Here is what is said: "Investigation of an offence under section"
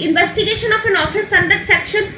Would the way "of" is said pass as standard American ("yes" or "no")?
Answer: no